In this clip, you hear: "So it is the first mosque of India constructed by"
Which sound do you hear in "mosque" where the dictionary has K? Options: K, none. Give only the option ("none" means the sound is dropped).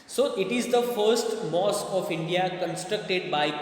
none